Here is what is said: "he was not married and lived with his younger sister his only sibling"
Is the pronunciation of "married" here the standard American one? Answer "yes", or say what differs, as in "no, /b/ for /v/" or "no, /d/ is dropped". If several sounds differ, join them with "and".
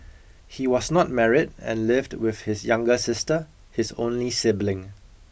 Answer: yes